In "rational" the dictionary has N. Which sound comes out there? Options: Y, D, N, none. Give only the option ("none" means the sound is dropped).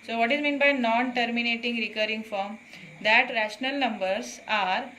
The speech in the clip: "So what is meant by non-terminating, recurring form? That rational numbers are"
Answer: N